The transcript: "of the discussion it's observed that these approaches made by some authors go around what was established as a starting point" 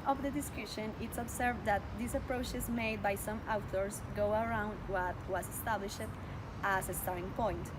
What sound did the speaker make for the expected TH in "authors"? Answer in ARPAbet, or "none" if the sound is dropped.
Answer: T